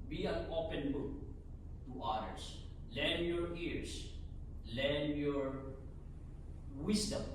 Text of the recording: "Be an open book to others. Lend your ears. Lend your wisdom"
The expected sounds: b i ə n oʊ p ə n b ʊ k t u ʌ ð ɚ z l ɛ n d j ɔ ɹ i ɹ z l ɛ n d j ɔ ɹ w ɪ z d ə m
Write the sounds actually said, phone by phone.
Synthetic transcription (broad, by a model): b i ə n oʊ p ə n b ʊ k t u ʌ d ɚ s l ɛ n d j ɔ ɹ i ɹ s l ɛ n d j ɔ ɹ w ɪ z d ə m